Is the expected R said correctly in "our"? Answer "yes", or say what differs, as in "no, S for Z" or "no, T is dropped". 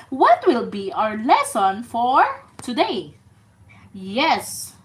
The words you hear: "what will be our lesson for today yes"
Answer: yes